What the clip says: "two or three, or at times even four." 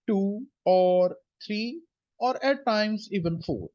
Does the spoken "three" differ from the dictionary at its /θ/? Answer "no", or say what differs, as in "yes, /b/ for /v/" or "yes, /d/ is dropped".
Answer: yes, /t/ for /θ/